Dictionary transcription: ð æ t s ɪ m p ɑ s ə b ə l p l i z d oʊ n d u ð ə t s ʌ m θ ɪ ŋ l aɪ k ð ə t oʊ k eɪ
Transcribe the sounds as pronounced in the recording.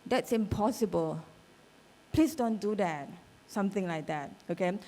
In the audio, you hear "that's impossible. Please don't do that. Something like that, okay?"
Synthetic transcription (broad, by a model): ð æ t s ɪ m p ɑ s ə b ə l p l i s d oʊ n d u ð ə t s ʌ m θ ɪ ŋ l aɪ k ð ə t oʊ k eɪ